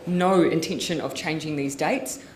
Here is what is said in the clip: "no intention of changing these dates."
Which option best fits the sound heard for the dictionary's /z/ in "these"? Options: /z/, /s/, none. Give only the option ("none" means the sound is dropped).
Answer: /z/